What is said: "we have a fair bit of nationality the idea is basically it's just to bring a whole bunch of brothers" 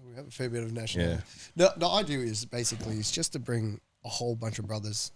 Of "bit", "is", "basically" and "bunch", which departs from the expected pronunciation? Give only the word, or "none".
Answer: none